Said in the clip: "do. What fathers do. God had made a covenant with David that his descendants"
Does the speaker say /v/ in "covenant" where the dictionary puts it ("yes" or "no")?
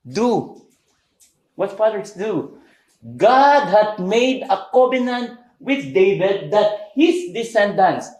no